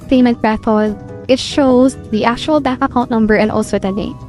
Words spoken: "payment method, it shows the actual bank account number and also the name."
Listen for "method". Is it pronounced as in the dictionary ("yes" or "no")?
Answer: no